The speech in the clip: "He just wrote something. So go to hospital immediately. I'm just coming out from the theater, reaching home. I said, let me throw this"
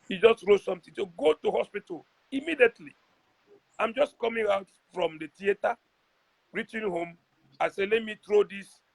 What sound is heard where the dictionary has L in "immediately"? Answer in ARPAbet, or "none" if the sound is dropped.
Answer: L